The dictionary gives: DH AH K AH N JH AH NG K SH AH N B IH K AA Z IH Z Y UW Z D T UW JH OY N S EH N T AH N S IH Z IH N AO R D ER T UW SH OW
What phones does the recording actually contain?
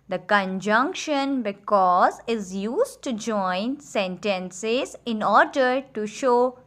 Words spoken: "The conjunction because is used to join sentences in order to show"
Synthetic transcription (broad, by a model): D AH K AH N JH AH NG K SH AH N B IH K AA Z IH Z Y UW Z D T UW JH OY N S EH N T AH N S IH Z IH N AO R D ER T UW SH OW